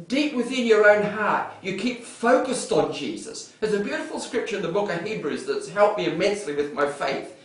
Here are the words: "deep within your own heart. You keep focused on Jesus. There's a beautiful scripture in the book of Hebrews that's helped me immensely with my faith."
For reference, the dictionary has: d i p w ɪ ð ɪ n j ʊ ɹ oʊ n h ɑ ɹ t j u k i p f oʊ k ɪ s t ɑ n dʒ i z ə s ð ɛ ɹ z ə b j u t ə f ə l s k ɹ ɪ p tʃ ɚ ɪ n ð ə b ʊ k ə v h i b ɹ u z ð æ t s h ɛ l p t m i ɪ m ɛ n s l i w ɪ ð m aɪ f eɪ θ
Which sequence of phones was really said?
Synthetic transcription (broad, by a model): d i p w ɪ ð ɪ n j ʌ ɹ oʊ n h ɑ ɹ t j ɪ k i p f oʊ k ɪ s t n dʒ i z ə s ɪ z ə b j u t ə f l s k ɹ ɪ p tʃ ɚ ɪ n ð ə b ʊ k ə v h i b ɹ u z ð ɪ t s h ɛ l p m i ɪ m ɛ n s l i w ɪ ð m aɪ f eɪ θ